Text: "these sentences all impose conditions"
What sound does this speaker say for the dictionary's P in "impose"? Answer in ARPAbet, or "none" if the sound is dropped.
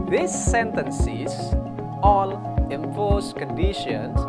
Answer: F